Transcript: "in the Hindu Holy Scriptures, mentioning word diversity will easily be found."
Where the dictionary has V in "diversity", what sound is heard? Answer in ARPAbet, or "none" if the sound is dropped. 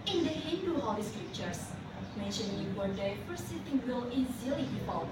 F